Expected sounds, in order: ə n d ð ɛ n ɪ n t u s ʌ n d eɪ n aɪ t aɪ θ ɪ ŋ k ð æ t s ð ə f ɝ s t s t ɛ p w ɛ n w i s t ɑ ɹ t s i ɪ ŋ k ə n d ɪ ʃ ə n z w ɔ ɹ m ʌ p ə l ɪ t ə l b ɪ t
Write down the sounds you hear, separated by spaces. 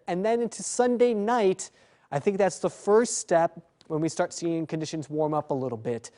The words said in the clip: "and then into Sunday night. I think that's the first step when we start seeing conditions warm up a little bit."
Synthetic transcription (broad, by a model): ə n ð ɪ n ɪ n t u s ʌ n d eɪ n aɪ t aɪ θ ɪ ŋ k ð æ t s ð ə f ɝ s t s t ɛ p w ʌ n w i s t ɑ ɹ t s i ɪ ŋ k ə n d ɪ ʃ ə n z w ɔ ɹ m ʌ p ə l ɪ t l b ɪ t